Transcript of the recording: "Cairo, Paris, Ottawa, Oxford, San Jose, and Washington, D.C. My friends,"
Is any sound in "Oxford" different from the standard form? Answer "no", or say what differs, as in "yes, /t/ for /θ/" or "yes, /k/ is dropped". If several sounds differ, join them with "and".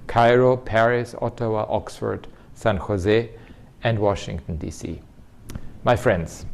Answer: no